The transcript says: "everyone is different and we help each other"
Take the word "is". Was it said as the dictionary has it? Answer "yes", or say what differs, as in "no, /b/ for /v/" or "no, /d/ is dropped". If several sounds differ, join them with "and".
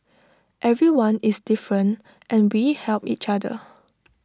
no, /s/ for /z/